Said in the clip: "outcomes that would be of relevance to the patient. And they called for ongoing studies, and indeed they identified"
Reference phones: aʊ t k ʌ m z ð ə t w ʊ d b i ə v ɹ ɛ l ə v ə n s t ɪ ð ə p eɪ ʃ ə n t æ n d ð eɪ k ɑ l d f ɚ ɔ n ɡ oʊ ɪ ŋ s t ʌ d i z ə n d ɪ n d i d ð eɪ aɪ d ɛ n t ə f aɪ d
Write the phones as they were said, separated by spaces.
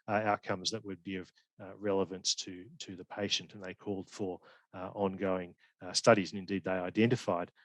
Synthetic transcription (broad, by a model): aʊ t k ʌ m z ð ə t w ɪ d b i ə v ɹ ɛ l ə v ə n s t ɪ ð ə p eɪ ʃ ə n t n ð eɪ k ɑ l d f ɚ ɔ n ɡ oʊ ɪ ŋ s t ʌ d i z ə n ɪ n d i d ð eɪ aɪ d ɛ n t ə f aɪ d